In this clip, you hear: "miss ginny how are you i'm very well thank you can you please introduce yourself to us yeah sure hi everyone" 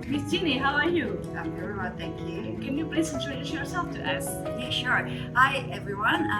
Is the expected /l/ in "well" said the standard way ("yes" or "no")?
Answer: no